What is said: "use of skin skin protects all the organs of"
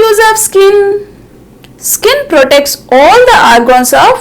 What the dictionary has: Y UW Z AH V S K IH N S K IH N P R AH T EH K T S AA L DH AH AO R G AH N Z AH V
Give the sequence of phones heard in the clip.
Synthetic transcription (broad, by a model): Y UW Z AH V S K IH N S K IH N P R AH T EH K T S AA L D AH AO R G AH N S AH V